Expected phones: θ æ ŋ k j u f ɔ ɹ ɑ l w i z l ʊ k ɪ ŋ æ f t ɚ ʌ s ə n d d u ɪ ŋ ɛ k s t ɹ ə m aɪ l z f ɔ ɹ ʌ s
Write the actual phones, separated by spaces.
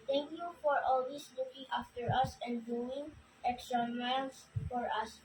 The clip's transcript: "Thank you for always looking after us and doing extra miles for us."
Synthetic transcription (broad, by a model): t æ ŋ k j u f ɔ ɹ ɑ l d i s l ʊ k ɪ ŋ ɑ f t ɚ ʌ s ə n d d u ɪ ŋ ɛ k s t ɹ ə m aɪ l s f ɔ ɹ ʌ s